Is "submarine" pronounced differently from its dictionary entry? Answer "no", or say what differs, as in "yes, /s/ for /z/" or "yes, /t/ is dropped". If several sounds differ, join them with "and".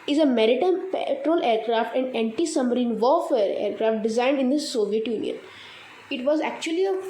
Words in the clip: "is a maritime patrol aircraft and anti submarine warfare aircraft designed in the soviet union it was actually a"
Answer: yes, /b/ is dropped